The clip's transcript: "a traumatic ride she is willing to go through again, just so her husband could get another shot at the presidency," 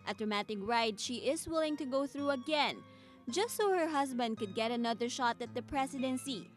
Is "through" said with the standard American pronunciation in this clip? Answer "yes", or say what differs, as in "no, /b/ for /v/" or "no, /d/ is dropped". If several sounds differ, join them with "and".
yes